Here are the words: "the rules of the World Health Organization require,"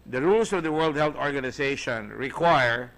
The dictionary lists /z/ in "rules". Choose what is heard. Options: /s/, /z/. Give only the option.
/s/